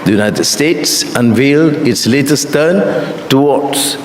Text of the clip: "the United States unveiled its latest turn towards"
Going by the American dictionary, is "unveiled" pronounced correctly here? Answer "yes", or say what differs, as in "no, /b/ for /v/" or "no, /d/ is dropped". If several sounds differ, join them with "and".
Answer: yes